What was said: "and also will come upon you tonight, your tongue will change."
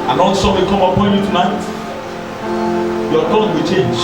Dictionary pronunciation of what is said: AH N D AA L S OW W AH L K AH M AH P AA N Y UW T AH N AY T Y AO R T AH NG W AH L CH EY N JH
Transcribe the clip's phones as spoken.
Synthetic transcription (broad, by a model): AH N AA N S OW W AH K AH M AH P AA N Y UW T AH N AY T Y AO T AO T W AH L CH EY N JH